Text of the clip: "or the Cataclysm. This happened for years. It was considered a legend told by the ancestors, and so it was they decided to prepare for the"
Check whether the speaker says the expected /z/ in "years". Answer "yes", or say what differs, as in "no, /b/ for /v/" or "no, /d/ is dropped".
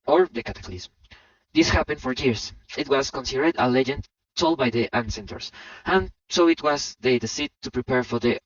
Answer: no, /s/ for /z/